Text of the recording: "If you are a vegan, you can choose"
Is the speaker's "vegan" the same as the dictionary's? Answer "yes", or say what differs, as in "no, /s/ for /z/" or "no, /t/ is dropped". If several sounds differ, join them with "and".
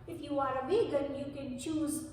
no, /b/ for /v/